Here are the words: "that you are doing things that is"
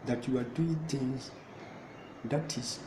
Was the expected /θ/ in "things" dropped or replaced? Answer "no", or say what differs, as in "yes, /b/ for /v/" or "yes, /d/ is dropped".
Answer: yes, /t/ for /θ/